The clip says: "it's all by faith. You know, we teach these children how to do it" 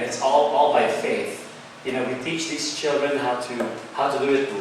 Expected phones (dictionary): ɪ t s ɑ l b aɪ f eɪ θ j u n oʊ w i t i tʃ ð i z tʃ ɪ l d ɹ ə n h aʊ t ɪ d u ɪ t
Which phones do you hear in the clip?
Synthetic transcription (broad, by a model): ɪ t s ɑ l b aɪ f eɪ θ j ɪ n oʊ w i t i tʃ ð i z tʃ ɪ l d ɹ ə n h aʊ t ɪ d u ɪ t